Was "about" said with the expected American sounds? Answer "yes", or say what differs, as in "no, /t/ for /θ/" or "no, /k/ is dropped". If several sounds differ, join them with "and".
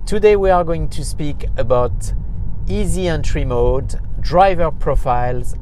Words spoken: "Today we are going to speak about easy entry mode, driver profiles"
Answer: yes